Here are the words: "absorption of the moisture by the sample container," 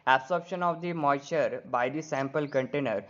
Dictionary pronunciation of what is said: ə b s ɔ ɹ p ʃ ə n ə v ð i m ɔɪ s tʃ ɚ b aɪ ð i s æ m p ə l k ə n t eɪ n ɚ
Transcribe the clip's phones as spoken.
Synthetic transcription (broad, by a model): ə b s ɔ ɹ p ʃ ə n ə v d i m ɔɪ tʃ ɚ b aɪ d i s æ m p ə l k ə n t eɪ n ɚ